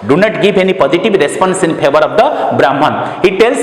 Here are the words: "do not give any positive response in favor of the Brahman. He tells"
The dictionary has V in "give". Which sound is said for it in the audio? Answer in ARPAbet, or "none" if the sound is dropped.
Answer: B